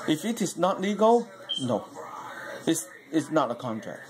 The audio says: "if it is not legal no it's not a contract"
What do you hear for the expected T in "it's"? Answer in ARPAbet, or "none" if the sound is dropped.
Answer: S